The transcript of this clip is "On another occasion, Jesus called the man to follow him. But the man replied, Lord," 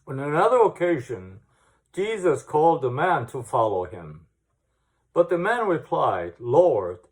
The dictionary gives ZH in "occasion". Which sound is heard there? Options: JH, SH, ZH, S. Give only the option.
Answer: ZH